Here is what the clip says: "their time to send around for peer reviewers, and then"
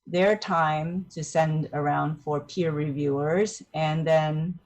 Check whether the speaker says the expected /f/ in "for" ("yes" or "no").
yes